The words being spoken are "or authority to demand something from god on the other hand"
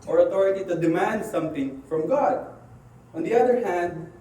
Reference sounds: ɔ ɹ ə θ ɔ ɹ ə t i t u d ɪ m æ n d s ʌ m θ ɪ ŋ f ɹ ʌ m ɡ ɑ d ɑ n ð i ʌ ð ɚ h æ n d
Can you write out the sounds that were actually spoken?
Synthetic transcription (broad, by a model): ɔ ɹ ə t ɔ ɹ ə t i t u d ɪ m æ n d s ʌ m t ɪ ŋ f ɹ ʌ m ɡ ɑ d ɑ n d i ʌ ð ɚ h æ n d